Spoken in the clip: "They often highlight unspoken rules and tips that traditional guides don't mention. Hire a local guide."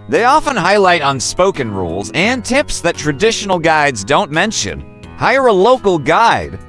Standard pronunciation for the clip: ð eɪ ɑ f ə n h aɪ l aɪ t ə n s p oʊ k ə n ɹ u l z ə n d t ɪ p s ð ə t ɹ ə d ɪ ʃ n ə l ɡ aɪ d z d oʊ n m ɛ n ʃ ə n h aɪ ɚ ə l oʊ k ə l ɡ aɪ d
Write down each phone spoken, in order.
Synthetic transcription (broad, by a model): ð eɪ ɑ f ə n h aɪ l aɪ t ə n s p oʊ k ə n ɹ u l z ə n t ɪ p s ð ə t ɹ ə d ɪ ʃ n l ɡ aɪ d z d oʊ n m ɛ n ʃ ə n h aɪ ɚ ə l oʊ k l ɡ aɪ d